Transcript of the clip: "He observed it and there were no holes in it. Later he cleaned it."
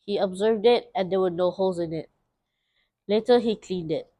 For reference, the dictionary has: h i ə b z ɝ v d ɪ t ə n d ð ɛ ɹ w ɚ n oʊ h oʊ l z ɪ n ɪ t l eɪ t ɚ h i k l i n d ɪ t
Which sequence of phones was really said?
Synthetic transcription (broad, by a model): h i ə b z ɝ v d ɪ t ə n d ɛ w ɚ n oʊ h oʊ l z ɪ n ɪ t l eɪ t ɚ h i k l i n d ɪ t